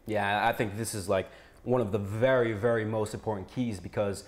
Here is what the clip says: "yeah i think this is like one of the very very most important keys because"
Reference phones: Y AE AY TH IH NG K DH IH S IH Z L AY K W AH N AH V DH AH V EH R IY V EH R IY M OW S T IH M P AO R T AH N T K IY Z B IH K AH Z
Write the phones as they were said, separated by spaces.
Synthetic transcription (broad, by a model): Y AE AY TH IH NG K DH IH S IH Z L AY K W AH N AH V DH AH V EH R IY V EH R IY M OW S T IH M P AO R T N K IY Z B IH K AH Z